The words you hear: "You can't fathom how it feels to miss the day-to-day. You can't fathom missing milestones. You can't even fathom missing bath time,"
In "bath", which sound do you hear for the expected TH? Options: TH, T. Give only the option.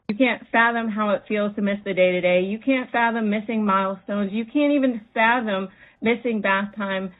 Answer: TH